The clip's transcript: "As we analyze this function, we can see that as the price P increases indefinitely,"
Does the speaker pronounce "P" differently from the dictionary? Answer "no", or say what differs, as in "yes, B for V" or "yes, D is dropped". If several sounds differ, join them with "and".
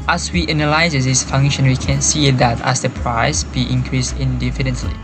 yes, B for P